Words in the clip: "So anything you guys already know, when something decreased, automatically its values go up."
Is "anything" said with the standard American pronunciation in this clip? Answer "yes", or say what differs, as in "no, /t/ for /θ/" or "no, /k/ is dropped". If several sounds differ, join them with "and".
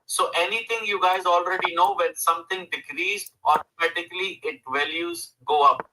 no, /t/ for /θ/